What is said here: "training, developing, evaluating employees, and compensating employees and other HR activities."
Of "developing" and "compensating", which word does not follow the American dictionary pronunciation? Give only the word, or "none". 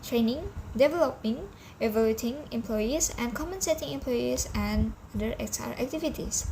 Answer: compensating